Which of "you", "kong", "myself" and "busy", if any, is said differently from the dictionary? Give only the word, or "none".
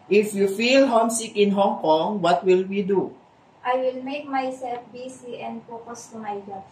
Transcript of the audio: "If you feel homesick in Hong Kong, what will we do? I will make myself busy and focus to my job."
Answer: busy